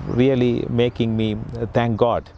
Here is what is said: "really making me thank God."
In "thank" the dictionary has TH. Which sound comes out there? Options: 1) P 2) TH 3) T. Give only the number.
3